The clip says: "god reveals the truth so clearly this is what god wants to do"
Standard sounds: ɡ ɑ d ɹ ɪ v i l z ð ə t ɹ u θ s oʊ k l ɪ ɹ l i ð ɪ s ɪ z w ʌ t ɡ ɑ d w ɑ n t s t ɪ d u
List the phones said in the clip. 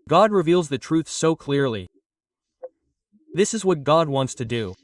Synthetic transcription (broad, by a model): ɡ ɑ d ɹ ɪ v i l z ð ə t ɹ u θ s oʊ k l ɪ ɹ l i ð ɪ s ɪ z w ʌ t ɡ ɑ d w ɑ n t s t ɪ d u